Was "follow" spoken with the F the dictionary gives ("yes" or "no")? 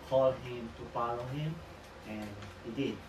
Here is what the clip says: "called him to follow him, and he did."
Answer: no